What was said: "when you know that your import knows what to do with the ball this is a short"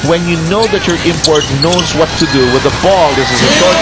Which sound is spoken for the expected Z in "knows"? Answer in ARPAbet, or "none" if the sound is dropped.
Z